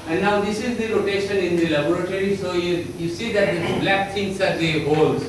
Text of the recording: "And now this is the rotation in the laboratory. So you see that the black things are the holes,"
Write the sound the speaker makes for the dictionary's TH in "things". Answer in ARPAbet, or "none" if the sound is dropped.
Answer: T